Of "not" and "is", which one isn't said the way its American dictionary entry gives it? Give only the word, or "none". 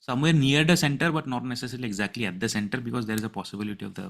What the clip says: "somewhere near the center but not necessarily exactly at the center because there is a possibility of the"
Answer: none